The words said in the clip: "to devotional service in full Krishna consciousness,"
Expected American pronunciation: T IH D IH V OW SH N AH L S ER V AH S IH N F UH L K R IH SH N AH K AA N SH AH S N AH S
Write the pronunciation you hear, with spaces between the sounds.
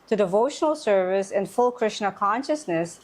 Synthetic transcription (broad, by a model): T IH D IH V OW SH N AH L S ER V AH S IH N F UH L K R IH SH N AH K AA N SH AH S N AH S